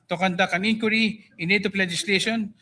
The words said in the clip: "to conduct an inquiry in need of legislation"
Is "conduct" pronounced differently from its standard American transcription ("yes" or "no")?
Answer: yes